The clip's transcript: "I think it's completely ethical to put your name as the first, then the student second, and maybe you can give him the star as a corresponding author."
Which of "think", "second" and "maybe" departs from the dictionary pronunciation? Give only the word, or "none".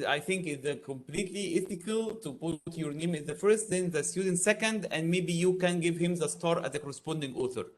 none